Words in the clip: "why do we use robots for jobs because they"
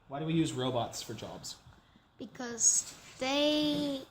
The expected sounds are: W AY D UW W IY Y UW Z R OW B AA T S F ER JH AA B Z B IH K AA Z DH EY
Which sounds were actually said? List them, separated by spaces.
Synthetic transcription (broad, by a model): W AY D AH W IY Y UW Z R OW B AA T S F ER JH AA B Z B IH K AA Z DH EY